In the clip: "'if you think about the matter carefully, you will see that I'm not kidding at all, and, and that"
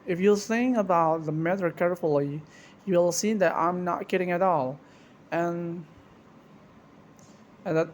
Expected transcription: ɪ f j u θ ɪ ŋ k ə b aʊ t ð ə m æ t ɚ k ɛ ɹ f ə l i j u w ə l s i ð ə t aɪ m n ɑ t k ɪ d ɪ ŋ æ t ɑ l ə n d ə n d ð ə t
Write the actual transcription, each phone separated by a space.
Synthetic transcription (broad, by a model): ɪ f j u s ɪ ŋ ə b aʊ t ð ə m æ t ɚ k ɛ ɹ f ə l i j u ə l s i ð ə t aɪ m n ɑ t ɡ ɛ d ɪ ŋ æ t ɑ l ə n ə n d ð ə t